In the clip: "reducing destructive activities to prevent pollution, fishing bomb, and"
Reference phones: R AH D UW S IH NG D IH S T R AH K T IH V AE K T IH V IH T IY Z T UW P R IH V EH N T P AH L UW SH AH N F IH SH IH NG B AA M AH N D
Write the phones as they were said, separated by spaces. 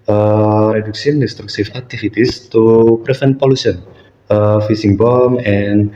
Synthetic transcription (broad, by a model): R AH D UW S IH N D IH S T R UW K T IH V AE K T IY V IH T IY S T UW P R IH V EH N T P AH L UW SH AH N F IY S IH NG B AA M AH N